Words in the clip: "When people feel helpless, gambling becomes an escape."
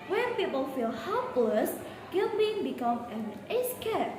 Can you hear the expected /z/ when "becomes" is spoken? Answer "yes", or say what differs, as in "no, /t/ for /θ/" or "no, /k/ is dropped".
no, /z/ is dropped